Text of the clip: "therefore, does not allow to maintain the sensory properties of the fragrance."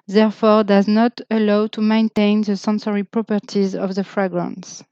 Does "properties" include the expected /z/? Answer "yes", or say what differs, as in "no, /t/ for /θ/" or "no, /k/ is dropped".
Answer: yes